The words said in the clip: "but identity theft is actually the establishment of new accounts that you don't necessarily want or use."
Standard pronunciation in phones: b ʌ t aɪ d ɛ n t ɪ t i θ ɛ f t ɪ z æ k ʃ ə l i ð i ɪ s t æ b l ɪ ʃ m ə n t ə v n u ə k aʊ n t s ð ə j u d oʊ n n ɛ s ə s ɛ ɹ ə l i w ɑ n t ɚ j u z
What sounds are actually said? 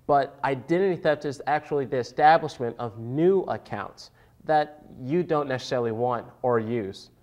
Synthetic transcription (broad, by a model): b ʌ t aɪ d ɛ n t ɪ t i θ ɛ p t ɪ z æ k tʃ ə l i ð i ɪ s t æ b l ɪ ʃ m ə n t ə v n u ə k aʊ n t s ð ə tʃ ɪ d oʊ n n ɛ s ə s ɛ ɹ l i w ɑ n t ɚ j u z